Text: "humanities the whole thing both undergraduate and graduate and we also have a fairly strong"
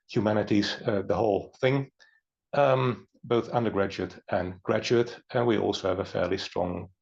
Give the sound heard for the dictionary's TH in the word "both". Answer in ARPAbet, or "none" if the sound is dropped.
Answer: TH